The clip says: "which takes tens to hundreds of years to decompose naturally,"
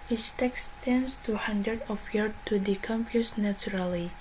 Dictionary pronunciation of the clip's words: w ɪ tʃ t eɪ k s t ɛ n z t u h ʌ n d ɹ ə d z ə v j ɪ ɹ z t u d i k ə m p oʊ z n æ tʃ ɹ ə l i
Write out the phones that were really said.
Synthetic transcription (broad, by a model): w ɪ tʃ t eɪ k s t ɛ n s t u h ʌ n d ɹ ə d ə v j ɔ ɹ t u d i k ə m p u s n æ tʃ ɹ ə l i